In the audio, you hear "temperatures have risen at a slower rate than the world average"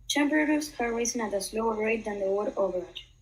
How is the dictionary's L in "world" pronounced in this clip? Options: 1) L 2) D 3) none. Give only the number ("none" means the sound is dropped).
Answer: 3